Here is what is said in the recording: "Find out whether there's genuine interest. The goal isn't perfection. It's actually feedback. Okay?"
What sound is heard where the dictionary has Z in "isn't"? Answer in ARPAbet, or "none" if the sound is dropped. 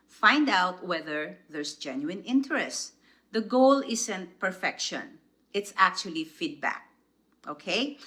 S